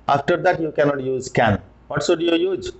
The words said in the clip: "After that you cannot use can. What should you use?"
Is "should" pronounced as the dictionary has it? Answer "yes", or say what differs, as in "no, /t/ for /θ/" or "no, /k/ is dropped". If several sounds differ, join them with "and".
no, /s/ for /ʃ/